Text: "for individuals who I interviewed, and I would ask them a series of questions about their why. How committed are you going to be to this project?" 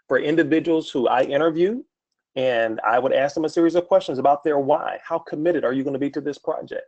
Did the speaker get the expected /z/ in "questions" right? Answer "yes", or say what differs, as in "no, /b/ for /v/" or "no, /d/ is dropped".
yes